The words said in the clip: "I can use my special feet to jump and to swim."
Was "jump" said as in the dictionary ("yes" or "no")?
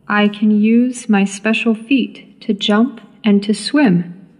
yes